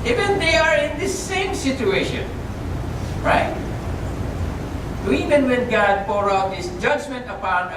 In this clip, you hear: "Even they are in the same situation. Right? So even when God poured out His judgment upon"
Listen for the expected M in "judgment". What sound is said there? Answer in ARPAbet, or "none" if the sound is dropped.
M